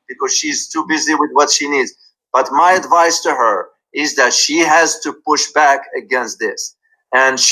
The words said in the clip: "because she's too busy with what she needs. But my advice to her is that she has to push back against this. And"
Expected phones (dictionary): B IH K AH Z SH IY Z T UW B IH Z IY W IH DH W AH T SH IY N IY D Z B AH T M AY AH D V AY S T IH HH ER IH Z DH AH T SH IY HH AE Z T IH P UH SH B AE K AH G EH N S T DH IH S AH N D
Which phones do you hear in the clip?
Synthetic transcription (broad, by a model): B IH K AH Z SH IY Z T UW B IH Z IY W IH DH W AH T SH IY N IY D Z B AH T M AY AH D V AY S T IH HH ER IH Z DH AH T SH IY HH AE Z T IH P UH SH B AE K AH G EH N S T DH IH S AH N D